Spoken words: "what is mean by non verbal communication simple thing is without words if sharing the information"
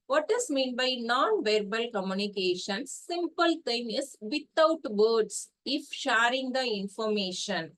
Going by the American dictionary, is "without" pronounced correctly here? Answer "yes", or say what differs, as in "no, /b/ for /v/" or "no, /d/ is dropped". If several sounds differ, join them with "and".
no, /t/ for /θ/